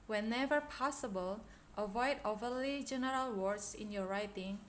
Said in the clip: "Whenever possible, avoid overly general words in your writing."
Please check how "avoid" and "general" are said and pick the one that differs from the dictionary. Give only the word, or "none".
none